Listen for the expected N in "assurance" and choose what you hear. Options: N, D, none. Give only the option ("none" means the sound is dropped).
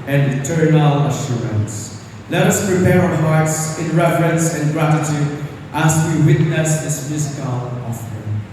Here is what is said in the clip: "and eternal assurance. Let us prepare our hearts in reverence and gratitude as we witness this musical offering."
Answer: N